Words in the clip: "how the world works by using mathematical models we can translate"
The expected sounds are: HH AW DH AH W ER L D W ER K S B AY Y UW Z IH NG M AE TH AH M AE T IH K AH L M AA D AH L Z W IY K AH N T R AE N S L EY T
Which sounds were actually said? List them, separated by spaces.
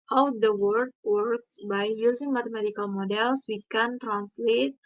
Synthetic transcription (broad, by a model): HH AW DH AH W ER D W ER K S B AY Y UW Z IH NG M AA T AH M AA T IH K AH L M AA D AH L S W IY K AH N T R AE N S L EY T